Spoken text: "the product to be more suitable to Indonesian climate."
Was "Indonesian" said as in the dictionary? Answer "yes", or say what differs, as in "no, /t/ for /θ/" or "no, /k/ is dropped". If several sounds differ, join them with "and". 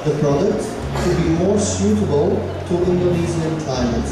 no, /z/ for /ʒ/